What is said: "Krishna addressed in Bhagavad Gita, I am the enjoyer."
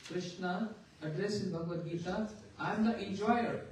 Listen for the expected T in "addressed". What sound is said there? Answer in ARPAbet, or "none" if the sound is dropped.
none